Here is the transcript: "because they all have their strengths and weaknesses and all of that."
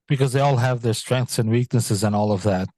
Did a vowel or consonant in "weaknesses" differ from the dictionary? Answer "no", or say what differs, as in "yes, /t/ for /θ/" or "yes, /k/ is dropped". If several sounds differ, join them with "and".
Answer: no